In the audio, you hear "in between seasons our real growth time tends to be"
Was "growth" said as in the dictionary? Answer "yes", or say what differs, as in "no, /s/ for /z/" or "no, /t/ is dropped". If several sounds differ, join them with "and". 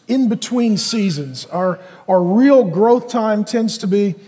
yes